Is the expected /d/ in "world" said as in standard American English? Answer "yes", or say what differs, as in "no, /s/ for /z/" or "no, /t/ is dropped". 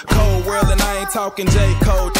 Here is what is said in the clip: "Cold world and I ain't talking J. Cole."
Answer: no, /d/ is dropped